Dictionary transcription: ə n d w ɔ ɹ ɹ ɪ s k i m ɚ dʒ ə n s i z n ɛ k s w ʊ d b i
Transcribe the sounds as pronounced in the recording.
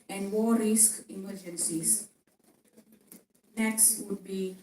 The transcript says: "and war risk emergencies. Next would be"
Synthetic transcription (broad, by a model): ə n d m ɔ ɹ ɹ ɪ s k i m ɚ dʒ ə n s i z n ɛ k s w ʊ d b i